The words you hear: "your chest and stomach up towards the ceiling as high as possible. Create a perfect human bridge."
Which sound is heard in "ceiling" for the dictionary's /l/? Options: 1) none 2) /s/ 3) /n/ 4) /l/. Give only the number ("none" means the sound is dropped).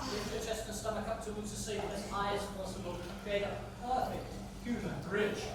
1